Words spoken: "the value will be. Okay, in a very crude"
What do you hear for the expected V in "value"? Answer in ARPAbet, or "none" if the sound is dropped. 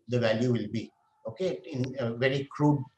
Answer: V